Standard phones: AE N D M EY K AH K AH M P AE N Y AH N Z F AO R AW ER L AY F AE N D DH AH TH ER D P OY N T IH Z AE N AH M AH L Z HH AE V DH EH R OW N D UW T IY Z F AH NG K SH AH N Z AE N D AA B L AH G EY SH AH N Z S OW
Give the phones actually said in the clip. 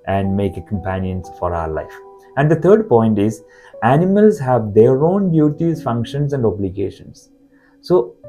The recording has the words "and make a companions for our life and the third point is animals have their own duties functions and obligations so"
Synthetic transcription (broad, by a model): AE N D M EY K AH K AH M P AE N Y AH N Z F AO R AW ER L AY F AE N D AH T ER D P OY N T IH Z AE N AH M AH L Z HH AE V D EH R OW N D UW T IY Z F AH NG K SH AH N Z AE N D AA B L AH G EY SH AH N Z S OW